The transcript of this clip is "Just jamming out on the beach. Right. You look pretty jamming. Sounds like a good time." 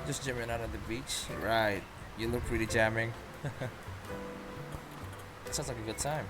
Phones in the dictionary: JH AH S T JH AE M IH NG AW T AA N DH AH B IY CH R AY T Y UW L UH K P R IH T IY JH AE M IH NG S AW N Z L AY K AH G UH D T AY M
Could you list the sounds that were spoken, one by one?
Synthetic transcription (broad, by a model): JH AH S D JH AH M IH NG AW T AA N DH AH B IY CH R AY T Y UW L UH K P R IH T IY JH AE M IH NG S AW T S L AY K AH G UH D T AY M